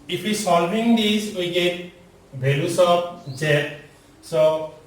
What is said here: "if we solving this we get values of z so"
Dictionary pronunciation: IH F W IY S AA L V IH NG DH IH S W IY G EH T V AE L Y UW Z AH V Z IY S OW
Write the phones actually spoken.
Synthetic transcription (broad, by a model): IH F W IY S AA L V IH NG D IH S W IY G EH T B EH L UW S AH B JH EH S OW